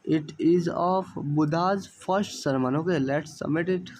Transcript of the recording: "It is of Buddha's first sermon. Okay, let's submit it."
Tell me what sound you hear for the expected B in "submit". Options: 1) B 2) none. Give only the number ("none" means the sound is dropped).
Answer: 2